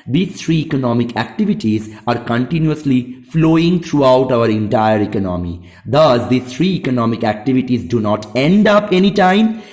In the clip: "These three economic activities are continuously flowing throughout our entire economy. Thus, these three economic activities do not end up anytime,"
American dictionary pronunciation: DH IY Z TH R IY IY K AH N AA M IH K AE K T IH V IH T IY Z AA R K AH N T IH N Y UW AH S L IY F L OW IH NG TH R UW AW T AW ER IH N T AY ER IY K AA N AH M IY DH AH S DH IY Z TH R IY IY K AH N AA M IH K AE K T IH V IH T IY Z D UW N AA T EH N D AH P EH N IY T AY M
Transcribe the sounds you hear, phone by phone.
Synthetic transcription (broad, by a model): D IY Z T R IY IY K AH N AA M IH K AE K T IH V IH T IY Z AA R K AH N T IH N Y UW AH S L IY F L OW IH NG T R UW AW T AW ER IH N T AY ER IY K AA N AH M IY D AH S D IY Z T R IY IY K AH N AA M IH K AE K T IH V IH T IY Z D UW N AA T EH N D AH P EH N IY T AY M